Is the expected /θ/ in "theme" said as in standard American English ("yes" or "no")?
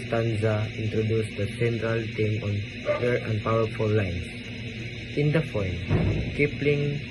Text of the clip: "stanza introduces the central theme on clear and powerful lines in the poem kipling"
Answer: no